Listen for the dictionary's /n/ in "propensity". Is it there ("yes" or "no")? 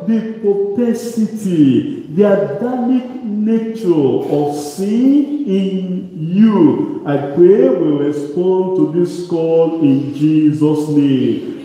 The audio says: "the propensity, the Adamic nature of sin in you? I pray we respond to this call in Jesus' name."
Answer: no